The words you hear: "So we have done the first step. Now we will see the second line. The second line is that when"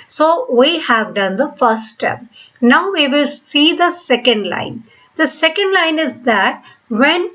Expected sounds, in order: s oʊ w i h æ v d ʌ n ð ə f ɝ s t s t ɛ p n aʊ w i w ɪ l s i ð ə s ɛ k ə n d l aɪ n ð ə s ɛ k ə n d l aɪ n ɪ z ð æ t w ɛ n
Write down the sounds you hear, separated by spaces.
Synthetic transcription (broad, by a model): s oʊ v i h æ v d ʌ n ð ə f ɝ t s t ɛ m n aʊ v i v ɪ l s i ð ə s ɛ k ə n d l aɪ n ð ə s ɛ k ə n d l aɪ n ɪ z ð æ t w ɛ n